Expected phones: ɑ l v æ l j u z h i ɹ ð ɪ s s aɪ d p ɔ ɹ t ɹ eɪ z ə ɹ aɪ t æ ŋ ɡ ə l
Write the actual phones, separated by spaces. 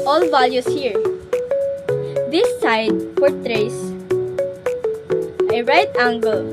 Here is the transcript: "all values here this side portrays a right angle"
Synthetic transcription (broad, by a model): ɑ l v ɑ l j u s h i ɹ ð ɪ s s aɪ d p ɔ ɹ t ɹ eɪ s ə ɹ aɪ t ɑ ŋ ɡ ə l